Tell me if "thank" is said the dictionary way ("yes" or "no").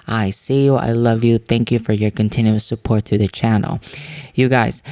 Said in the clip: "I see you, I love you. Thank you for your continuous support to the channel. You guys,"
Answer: yes